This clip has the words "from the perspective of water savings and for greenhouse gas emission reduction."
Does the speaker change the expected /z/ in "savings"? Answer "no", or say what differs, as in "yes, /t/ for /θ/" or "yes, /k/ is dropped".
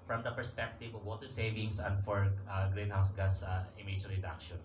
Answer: yes, /s/ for /z/